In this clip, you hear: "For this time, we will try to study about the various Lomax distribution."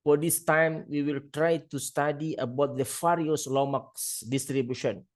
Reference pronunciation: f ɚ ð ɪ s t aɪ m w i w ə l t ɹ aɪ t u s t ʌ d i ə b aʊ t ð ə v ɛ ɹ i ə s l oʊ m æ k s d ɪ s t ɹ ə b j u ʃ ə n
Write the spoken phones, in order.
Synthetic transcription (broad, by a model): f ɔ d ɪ s t aɪ m w i w ə l t ɹ aɪ t u s t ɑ d i ə b aʊ t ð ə f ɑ ɹ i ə s l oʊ m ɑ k s d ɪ s t ɹ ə b j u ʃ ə n